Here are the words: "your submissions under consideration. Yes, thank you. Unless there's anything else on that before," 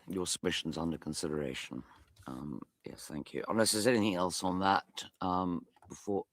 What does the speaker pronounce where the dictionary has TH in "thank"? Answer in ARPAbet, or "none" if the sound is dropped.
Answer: TH